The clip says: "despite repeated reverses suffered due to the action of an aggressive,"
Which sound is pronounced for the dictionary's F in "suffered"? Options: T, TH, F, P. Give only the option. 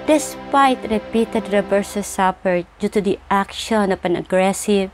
P